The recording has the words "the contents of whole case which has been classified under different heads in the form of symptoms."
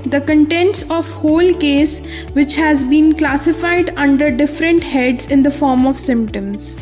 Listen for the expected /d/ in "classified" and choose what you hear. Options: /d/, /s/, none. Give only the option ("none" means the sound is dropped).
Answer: /d/